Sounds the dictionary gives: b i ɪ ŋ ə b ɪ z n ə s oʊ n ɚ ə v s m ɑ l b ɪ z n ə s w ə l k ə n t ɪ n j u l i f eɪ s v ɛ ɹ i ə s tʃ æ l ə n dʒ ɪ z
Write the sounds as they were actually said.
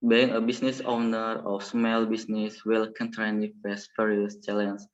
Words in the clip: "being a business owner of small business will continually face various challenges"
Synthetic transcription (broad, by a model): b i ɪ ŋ ə b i s n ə s oʊ n ɚ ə f s m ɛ l b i s n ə s w ə l k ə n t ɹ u n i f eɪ s p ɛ ɹ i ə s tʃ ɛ l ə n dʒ